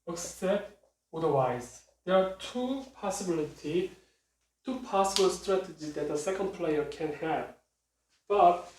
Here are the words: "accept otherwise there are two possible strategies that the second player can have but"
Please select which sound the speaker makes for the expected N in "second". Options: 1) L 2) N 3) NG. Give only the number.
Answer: 2